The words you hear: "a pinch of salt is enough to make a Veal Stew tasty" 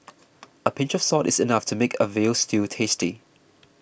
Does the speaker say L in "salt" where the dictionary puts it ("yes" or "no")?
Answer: no